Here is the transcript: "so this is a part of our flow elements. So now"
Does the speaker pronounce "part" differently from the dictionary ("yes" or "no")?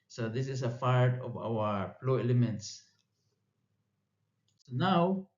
yes